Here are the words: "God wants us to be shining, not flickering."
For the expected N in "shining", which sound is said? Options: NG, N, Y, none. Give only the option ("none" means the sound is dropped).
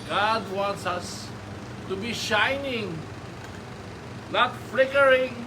N